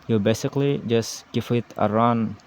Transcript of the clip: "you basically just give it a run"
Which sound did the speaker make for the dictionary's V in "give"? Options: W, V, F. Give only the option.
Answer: F